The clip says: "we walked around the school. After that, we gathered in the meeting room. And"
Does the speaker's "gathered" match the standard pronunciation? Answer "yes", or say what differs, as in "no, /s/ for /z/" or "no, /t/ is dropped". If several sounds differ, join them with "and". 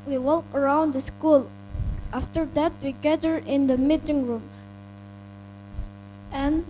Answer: no, /d/ is dropped